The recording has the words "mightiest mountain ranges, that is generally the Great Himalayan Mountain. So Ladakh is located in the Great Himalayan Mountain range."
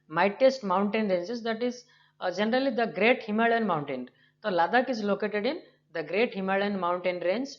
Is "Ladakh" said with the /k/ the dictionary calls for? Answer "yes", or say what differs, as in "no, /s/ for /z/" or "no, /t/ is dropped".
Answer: yes